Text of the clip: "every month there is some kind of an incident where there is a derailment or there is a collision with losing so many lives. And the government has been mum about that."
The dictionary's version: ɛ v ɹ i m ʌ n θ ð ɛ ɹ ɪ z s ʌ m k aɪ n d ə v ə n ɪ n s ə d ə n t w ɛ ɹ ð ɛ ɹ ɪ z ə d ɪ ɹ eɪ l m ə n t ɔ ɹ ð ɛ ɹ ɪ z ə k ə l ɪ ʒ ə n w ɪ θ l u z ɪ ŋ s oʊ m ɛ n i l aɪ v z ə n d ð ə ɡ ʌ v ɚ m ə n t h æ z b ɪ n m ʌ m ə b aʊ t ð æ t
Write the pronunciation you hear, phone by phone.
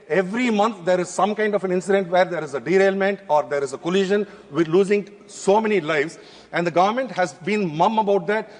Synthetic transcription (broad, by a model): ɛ v ɹ i m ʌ n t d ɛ ɹ ɪ z s ʌ m k aɪ n d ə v ə n ɪ n s ə d ə n t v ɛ ɹ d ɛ ɹ ɪ z ə d ɪ ɹ eɪ l m ə n t ɔ ɹ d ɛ ɹ ɪ z ə k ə l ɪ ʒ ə n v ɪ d l u z ɪ ŋ s oʊ m ɛ n i l aɪ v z ə n d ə ɡ ʌ v ɚ m ə n t h æ z b ɪ n m ʌ m ə b aʊ t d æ t